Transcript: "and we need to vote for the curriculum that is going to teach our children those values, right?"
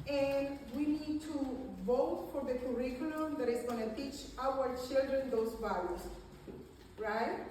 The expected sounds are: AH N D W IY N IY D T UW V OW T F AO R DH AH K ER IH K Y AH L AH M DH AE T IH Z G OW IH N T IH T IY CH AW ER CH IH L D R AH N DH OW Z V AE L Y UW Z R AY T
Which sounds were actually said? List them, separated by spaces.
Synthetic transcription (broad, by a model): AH N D W IY N IY D T UW V OW T F AO R DH AH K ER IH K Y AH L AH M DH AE T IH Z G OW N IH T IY CH AW ER CH IH L D R AH N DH OW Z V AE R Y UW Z R AY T